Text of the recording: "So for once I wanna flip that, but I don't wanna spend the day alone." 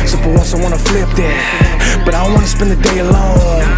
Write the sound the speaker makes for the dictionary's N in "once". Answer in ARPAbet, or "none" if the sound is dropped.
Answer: L